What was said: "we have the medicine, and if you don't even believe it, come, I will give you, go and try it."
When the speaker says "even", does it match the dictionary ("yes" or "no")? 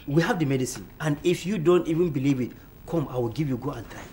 yes